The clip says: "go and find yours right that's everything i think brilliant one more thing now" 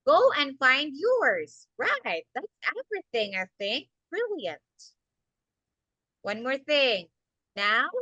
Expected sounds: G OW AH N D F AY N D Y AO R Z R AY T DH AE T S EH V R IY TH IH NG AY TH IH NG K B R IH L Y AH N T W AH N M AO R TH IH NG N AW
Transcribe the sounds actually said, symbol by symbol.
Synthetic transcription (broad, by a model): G OW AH N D F AY N D Y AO R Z R AY T DH AE T S EH V R IY TH IH NG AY TH IH NG K B R IH L Y AH N T W AH N M AO R TH IH NG N AW